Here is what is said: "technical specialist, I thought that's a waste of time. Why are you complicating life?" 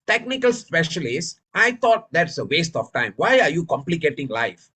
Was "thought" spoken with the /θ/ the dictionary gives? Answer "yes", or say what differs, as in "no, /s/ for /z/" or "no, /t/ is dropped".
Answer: no, /t/ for /θ/